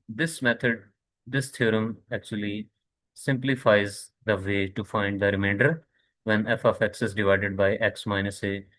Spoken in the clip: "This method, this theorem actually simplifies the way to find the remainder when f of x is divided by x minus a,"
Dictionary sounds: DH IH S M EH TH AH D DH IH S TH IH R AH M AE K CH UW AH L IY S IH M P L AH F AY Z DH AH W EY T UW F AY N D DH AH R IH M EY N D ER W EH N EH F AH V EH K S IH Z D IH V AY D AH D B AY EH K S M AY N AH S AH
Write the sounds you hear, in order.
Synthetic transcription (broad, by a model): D IH S M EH T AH D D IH S T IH R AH M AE K CH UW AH L IY S IH M P L AH F AY Z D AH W EY T UW F AY N D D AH R IH M EY N D ER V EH N EH F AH F EH K S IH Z D IH V AY D AH D B AY EH K S M AY N AH S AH